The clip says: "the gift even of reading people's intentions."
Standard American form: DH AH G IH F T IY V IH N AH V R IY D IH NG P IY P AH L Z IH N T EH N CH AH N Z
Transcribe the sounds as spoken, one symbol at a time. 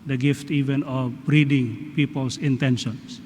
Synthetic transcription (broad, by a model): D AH G IH F T IY V IH N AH B R IY D IH NG P IY P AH L S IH N T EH N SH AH N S